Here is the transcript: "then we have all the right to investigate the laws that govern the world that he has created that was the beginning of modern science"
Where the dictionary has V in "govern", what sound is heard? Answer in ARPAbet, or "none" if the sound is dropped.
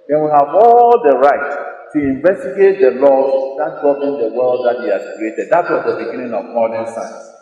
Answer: B